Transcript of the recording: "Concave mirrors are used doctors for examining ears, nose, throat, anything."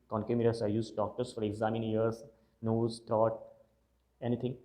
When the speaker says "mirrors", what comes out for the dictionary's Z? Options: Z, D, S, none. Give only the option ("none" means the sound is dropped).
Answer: S